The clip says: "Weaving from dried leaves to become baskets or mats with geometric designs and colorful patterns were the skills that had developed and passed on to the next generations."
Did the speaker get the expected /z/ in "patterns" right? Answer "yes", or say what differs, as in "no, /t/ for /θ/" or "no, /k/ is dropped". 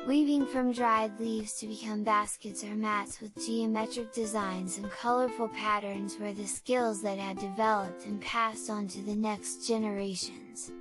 yes